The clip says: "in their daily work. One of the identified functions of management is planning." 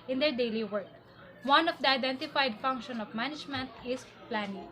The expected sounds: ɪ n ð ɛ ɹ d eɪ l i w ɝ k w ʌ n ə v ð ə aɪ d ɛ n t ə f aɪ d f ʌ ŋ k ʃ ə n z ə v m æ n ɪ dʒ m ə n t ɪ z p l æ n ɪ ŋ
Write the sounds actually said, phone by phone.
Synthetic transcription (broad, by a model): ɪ n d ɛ ɹ d eɪ l i w ɝ k w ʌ n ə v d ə aɪ d ɛ n t ə f aɪ d f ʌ ŋ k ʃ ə n ə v m æ n ɪ dʒ m ə n t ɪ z p l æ n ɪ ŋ